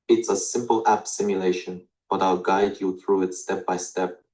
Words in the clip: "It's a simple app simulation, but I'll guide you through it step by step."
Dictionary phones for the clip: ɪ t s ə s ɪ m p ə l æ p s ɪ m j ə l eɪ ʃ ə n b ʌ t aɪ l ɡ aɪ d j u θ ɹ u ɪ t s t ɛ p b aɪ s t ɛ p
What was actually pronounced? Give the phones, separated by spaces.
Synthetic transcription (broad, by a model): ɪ t s ə s ɪ m p ə l æ p s ɪ m j ə l eɪ ʃ ə n b ʌ t aɪ l ɡ aɪ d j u θ ɹ u ɪ t s t ɛ p b aɪ s t ɛ p